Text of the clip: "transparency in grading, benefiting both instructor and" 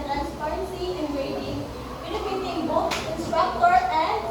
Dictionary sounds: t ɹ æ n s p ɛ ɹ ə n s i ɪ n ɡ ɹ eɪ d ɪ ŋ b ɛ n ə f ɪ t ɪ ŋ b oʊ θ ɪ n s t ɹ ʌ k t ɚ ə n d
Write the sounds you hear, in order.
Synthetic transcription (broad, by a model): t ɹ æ n s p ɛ ɹ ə n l i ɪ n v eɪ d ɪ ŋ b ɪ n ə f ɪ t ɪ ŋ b oʊ s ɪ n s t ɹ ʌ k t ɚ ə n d